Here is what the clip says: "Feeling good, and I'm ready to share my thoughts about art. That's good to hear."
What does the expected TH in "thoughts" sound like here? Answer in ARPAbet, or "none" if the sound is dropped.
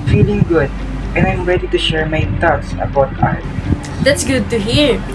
T